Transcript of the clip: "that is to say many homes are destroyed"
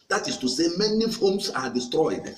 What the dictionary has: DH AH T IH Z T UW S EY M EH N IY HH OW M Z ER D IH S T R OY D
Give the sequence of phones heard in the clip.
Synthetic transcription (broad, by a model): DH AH T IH S T UW S EY M EH N IY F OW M S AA D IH S T R OY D